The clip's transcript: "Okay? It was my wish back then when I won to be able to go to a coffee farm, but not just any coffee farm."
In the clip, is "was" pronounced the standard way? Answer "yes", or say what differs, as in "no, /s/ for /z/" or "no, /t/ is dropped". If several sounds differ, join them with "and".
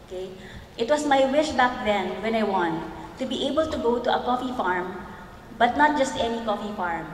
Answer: no, /s/ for /z/